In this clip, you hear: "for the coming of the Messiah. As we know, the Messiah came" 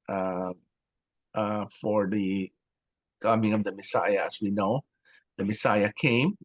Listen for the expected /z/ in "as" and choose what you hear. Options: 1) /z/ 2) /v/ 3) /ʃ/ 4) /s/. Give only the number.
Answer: 4